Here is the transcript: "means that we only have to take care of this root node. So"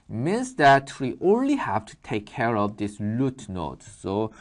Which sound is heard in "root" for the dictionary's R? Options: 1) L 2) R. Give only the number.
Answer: 1